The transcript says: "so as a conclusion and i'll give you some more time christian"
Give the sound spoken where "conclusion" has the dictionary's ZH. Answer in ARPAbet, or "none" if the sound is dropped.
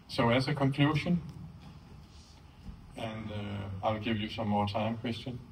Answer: SH